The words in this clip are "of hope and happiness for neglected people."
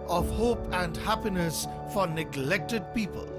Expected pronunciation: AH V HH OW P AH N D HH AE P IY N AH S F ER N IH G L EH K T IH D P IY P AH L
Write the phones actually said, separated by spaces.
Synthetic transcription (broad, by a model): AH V HH OW P AH N D HH AE P IY N AH S F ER N IH G L EH K T IH D P IY P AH L